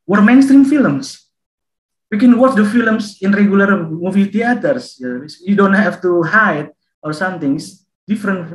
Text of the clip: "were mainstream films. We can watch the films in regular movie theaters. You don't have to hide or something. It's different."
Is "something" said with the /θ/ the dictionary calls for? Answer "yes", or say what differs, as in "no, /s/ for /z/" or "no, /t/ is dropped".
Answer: no, /t/ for /θ/